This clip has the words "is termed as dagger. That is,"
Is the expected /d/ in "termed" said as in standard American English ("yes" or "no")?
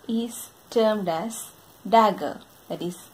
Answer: yes